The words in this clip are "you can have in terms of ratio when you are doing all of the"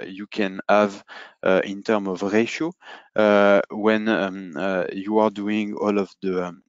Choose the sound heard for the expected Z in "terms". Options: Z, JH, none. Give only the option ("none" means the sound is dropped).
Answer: none